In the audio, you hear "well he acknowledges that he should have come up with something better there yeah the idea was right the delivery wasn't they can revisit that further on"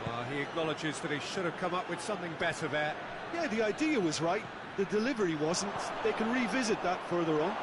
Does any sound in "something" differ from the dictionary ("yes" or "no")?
no